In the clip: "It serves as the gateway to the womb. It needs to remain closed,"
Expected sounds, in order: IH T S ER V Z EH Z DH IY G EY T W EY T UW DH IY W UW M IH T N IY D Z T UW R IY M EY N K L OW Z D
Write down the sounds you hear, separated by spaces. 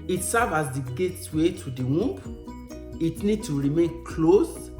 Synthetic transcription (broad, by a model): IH T S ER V AA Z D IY G EY T W EY T UW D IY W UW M IH T N IY D T UW R IY M EY N K L OW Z